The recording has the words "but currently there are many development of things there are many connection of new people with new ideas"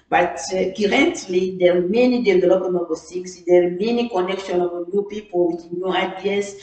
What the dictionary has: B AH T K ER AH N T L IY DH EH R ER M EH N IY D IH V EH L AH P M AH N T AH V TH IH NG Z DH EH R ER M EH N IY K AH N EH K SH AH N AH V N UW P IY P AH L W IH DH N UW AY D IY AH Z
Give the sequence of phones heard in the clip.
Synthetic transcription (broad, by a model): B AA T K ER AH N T L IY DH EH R M EH N IY D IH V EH L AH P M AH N AH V S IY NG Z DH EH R M EH N IY K AH N EH K SH AH N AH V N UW P IY P AH L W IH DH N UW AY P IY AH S